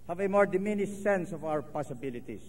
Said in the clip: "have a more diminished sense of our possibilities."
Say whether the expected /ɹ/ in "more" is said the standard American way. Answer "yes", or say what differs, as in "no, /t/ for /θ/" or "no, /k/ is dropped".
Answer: yes